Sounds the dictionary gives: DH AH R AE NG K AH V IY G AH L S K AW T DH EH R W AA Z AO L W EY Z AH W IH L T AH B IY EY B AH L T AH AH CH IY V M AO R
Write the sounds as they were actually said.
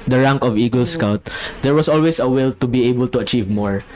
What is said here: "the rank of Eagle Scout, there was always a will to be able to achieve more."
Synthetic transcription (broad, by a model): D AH R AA NG K AH V IY G AH L S K AW T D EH R W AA S AO L W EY S AH W IH L T AH B IY EY B AH L T AH AH CH IY V M AO R